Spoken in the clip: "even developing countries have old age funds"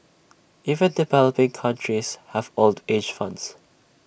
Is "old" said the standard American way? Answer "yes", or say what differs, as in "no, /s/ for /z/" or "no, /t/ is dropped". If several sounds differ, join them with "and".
yes